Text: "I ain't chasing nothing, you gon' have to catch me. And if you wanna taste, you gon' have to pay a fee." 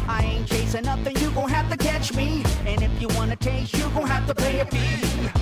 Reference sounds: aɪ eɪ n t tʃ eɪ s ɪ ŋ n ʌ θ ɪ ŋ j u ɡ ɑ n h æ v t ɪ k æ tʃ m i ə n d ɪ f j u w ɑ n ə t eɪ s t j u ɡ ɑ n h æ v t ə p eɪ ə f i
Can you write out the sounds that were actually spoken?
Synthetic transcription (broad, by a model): aɪ eɪ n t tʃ eɪ s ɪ n ʌ θ ɪ ŋ j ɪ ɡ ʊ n h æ f t ɪ k æ tʃ m i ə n ɪ f j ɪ w ɑ n ə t eɪ s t j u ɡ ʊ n h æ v t ə p eɪ ə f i